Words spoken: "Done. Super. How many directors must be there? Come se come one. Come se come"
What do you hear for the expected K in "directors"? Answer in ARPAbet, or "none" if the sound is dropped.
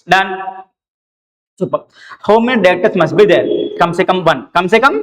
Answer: none